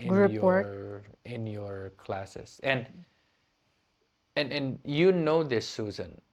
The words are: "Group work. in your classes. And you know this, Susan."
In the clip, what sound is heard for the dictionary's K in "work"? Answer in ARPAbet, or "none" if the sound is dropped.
none